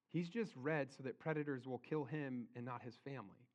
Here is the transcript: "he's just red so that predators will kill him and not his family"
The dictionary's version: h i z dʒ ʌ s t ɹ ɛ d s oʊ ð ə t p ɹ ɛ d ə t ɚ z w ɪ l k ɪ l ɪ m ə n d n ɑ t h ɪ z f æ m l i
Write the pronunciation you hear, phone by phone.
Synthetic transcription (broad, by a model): h i z dʒ ʌ s t ɹ ɛ d s oʊ ð ə t p ɹ ɛ d ə t ɚ z w ɪ l k ɪ l ɪ m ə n n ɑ t h ɪ z f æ m l i